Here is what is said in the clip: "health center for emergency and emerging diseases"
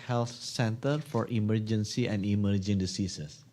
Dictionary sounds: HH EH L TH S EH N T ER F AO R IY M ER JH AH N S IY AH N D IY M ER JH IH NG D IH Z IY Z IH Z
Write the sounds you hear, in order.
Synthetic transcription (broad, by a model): HH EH L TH S EH N T ER F AO R IY M ER JH AH N S IY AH N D IY M ER JH IH NG D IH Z IY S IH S